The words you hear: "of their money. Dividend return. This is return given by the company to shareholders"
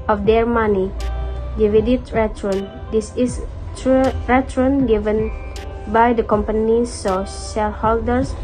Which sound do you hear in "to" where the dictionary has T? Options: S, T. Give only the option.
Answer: S